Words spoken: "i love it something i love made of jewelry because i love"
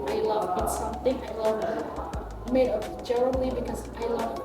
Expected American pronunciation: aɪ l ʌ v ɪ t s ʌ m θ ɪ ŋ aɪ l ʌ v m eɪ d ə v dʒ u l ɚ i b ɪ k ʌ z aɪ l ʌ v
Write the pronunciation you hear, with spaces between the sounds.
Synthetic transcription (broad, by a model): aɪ l ʌ v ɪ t s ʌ m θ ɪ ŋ aɪ l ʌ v m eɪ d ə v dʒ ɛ n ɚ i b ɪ k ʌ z aɪ l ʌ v